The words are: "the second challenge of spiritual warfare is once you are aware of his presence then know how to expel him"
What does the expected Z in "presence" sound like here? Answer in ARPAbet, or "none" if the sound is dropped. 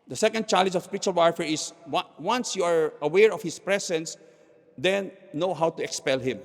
S